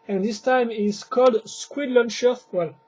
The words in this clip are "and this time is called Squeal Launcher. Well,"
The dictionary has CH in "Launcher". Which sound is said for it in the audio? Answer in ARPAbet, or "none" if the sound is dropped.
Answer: SH